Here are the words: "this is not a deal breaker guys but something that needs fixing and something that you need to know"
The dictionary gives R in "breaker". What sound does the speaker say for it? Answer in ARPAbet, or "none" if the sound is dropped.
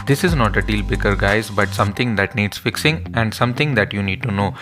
none